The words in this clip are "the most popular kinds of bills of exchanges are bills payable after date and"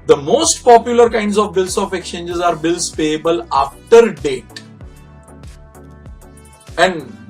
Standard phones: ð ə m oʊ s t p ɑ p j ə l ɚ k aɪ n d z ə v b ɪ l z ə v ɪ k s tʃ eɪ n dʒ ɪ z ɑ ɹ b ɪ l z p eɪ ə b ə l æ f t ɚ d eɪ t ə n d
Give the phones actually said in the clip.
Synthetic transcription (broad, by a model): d ə m oʊ s t p ɑ p j ə l ɚ k aɪ n d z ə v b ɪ l s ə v ɪ k s tʃ eɪ n dʒ ɪ z ɑ ɹ b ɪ l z p eɪ ə b ə l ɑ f t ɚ d eɪ t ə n d